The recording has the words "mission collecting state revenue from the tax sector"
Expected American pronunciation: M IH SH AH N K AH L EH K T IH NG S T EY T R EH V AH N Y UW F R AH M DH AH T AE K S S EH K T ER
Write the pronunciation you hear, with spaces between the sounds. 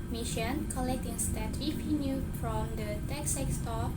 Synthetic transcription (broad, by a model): M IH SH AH N K AH L EH K T IH NG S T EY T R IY P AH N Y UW F R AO M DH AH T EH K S S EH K T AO